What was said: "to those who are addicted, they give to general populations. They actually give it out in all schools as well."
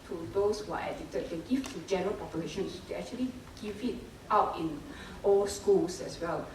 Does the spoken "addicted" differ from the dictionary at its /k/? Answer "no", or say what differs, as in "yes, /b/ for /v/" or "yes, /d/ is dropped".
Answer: yes, /k/ is dropped